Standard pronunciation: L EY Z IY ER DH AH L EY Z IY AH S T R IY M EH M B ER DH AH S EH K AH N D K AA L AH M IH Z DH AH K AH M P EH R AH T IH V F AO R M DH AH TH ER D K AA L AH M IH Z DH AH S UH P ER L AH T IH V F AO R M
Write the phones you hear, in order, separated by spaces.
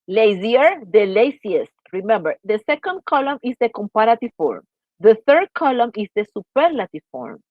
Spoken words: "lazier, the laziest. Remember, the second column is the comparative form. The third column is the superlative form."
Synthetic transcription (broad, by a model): L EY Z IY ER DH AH L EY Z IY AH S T R IY M EH M B ER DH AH S EH K AH N D K AA L AH M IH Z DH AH K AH M P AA R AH T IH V F AO R M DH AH TH ER D K AA L AH M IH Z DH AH S UH P ER L AH T IH V F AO R M